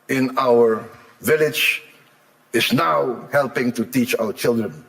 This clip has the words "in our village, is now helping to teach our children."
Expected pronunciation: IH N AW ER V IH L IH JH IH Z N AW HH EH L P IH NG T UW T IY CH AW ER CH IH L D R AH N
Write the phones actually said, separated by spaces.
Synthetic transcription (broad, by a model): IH N AW ER V IH L IH JH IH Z N AW HH EH L P IH NG T UW T IY CH AW ER CH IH L D R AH N